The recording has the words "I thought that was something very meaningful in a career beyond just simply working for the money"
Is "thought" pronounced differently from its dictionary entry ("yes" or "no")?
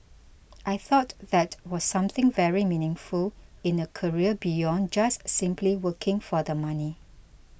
no